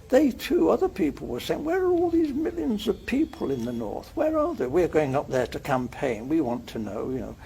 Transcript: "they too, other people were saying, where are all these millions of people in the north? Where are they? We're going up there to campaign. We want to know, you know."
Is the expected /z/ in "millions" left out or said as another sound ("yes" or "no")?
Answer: no